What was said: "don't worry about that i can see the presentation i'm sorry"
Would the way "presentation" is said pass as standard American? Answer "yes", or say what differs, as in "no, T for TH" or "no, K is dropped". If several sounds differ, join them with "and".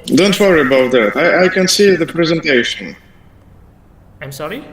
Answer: yes